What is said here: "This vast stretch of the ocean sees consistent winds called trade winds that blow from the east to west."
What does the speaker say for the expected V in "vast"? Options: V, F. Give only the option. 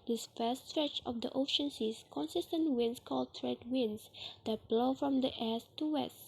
F